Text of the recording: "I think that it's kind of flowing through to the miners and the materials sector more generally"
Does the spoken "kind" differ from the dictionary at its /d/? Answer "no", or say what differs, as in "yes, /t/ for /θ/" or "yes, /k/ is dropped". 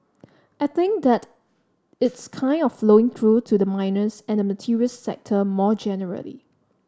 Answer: no